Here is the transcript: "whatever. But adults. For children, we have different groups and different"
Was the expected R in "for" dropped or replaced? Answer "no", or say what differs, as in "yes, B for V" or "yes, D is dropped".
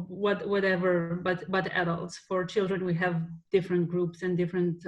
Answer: no